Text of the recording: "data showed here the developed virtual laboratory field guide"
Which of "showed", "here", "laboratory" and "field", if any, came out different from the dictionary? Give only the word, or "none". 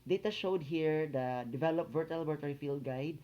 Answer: laboratory